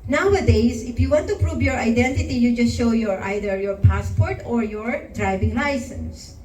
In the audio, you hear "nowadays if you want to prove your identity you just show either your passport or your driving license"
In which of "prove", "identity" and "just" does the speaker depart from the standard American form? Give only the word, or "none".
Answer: none